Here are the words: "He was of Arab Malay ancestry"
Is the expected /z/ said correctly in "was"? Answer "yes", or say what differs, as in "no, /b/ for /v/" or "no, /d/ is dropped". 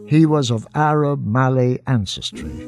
yes